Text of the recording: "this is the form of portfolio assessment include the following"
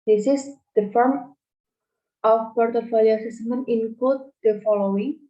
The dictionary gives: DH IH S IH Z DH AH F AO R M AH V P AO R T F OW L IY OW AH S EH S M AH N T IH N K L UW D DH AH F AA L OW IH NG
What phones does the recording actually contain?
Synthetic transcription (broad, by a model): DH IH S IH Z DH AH F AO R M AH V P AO R T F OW L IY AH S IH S M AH N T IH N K UW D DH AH F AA L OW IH NG